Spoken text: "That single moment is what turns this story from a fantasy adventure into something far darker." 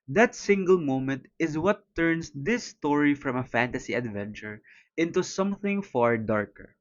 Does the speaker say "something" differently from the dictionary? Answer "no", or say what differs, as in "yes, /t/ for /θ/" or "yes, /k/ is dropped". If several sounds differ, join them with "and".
no